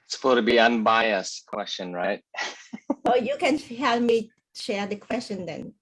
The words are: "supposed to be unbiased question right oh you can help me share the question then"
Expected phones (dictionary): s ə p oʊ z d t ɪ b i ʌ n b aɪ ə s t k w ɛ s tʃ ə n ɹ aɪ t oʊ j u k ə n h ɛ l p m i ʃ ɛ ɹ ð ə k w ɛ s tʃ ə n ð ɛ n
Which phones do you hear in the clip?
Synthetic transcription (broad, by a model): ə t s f t ɪ b i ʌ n b aɪ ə s k w ɛ s tʃ ə n ɹ aɪ t oʊ j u k ə n h ɛ l p m i ʃ ɛ ɹ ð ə k w ɛ s tʃ ə n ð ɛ n